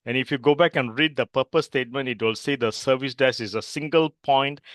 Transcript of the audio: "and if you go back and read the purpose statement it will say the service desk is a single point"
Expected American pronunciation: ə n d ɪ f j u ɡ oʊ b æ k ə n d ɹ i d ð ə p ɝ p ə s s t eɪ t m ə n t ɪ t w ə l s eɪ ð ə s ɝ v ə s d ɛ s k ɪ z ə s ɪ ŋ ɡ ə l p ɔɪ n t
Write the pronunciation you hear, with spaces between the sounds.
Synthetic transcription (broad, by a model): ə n ɪ f j u ɡ oʊ b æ k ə n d ɹ i d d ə p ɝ p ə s s t eɪ t m ə n t ɪ t w ə l s eɪ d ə s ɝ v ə s d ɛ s ɪ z ə s ɪ ŋ ɡ ə l p ɔɪ n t